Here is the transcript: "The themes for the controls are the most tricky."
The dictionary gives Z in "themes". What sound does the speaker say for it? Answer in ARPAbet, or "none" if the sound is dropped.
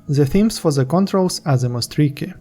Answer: S